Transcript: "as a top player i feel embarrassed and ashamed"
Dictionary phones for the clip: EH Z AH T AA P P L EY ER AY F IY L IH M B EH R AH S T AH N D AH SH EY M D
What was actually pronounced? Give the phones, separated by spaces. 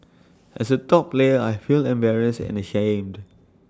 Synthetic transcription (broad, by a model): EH S AH T AA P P L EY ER AY F IY L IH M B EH R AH S AH N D AH SH EY M D